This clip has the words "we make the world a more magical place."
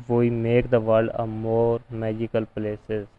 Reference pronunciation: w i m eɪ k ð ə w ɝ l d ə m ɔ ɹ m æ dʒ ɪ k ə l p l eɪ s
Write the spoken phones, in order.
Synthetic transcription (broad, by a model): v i m eɪ k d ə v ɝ d ə m ɔ ɹ m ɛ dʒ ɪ k ə l p l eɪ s